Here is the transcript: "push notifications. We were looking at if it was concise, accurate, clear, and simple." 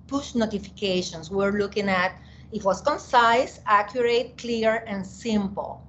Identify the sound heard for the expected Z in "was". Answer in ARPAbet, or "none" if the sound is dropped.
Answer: S